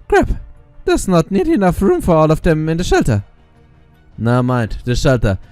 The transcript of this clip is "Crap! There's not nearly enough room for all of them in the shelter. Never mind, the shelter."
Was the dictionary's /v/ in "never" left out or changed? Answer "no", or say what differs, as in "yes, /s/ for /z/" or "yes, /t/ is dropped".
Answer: yes, /v/ is dropped